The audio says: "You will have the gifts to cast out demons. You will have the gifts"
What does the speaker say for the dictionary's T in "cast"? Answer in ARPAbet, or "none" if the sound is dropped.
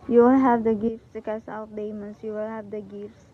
none